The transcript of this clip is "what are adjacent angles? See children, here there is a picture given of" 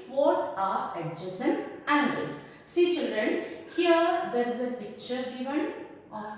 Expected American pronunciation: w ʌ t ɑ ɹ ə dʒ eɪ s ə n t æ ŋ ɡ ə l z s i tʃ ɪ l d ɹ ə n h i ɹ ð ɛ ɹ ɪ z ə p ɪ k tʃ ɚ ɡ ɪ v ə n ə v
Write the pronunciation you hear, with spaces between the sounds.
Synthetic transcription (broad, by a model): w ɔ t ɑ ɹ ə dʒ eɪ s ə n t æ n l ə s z s i tʃ ɪ l d ɹ ə n h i ɹ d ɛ ɹ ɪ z ə p ɪ k tʃ ɚ ɡ ɪ v ə n